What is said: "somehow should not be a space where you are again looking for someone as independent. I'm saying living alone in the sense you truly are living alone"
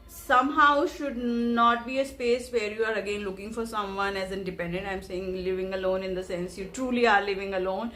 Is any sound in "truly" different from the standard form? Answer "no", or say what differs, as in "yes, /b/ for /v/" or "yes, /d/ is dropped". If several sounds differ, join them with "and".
no